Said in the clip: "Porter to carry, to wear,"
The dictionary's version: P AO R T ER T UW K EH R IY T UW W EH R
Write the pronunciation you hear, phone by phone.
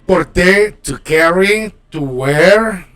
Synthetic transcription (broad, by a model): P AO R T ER T UW K EH R IY T UW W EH R